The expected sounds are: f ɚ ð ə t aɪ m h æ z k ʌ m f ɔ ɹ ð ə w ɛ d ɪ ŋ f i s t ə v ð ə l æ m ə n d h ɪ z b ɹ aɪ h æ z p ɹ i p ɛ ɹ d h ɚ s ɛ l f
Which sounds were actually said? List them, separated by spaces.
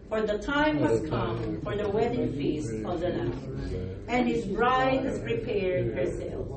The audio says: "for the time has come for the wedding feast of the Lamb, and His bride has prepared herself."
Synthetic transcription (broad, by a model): f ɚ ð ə t aɪ m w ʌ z k ʌ m f ɔ ɹ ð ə w ɛ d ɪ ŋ f i s t ə v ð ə n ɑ ə n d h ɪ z b ɹ aɪ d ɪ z p ɹ i p ɛ ɹ d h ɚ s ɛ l